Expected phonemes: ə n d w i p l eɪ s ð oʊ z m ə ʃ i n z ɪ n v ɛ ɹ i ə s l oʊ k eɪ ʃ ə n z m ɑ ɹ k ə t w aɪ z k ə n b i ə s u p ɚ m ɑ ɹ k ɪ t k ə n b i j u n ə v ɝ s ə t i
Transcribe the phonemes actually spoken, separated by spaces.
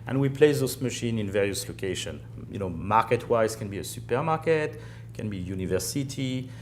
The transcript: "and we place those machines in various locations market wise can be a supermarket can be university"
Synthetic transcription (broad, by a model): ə n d w i p l eɪ s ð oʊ s m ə ʃ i n ɪ n v ɛ ɹ i ə s l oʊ k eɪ ʃ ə n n m ɑ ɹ k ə t w aɪ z k ə n b i ə s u p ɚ m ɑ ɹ k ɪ t k ə n b i j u n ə v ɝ s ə t i